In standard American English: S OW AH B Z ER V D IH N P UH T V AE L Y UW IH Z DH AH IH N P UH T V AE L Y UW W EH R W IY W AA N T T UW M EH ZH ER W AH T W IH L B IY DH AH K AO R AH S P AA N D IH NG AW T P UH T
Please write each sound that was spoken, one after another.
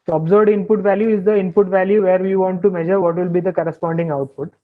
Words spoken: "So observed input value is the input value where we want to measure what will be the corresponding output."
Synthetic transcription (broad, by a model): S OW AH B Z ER D IH N P UH T V AE L Y UW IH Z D AH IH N P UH T V AE L Y UW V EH R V IY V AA N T T UW M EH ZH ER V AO T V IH L B IY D AH K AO R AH S P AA N D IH NG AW T P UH T